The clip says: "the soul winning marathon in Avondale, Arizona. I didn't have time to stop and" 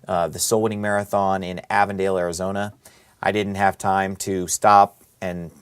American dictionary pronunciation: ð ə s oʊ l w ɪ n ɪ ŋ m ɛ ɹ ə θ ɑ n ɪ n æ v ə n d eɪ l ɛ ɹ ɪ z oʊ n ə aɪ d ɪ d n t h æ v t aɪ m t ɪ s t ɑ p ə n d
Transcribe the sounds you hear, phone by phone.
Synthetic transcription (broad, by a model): ð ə s oʊ l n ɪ ŋ m ɛ ɹ ə θ ɑ n ɪ n æ v ə n d eɪ l ɛ ɹ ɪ z oʊ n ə aɪ d ɪ d n t h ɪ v t aɪ m t ɪ s t ɑ p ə n